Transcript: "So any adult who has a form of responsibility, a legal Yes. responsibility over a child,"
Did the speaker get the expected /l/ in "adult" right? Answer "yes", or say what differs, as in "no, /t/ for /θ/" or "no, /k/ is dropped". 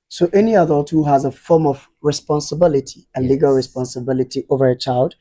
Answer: no, /l/ is dropped